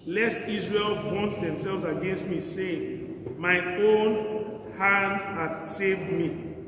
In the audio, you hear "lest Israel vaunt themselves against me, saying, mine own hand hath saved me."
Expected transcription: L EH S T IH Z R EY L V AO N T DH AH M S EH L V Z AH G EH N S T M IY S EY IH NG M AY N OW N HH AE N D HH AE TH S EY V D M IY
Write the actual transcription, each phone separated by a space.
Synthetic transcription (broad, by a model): L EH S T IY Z R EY L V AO N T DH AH M S EH L V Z AH G EH N S T M IY S EY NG M AY OW N HH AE N D HH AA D S EY V D M IY